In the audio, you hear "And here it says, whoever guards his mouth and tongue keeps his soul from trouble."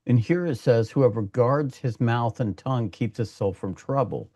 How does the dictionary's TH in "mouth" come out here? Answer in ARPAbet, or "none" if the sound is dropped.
TH